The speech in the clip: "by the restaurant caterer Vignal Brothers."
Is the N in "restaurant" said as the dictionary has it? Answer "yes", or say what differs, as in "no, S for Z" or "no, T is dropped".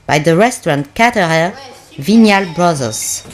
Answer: yes